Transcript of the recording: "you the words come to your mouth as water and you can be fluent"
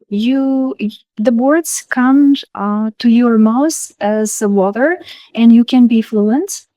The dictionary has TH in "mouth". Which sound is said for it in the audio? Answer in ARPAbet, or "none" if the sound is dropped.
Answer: S